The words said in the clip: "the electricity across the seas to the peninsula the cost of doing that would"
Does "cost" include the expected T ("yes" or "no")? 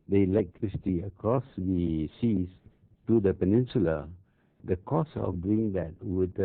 no